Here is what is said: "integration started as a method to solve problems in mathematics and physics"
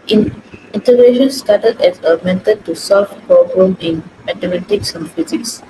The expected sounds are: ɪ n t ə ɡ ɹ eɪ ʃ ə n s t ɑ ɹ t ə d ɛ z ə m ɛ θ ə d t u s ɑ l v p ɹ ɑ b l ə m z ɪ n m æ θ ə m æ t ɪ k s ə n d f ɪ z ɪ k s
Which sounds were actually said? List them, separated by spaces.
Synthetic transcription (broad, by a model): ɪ n t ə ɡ ɹ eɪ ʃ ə n s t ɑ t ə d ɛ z ə m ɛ t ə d t u s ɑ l f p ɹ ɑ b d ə m ɪ n m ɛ t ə m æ t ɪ k s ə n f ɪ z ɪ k s